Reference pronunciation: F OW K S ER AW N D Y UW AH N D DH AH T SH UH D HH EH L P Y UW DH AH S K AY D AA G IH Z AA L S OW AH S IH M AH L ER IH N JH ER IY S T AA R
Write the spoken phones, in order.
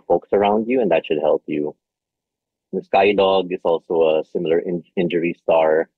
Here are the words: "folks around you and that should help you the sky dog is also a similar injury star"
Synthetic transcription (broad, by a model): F OW K S ER AW N D Y UW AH N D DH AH T SH UH D HH EH L P Y UW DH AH S K AY D AA G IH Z AA L S OW AH S IH M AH L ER IH N JH ER IY S T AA R